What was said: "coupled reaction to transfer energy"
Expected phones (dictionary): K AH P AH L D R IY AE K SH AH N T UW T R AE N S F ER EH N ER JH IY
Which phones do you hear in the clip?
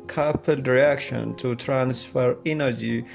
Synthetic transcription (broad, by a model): K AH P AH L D R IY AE K SH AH N T UW T R AE N S F ER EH N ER JH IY